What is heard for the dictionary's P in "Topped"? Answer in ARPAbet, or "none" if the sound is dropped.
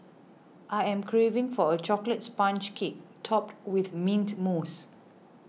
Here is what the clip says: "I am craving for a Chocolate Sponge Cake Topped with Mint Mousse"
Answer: P